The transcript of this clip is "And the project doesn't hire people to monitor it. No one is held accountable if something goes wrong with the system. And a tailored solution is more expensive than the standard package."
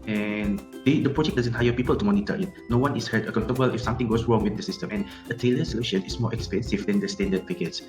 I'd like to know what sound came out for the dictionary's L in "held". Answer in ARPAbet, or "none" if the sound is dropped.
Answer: none